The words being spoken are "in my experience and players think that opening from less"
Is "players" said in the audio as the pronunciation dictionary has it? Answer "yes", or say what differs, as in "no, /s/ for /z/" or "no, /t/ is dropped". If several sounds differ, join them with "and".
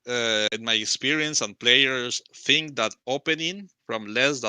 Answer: no, /s/ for /z/